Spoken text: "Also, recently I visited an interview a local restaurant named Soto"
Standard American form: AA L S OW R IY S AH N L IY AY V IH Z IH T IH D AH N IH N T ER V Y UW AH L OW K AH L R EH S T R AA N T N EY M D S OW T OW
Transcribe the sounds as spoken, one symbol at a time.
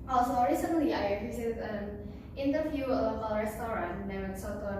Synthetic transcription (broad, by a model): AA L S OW R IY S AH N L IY AY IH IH S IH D AH N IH N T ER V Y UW AH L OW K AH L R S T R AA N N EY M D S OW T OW